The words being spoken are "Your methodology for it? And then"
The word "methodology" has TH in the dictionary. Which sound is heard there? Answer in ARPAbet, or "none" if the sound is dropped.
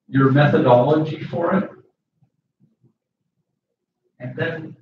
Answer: TH